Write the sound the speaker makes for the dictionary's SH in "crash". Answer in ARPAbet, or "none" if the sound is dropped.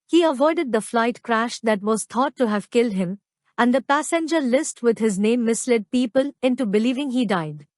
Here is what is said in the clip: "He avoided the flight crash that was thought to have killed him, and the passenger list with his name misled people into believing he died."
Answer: SH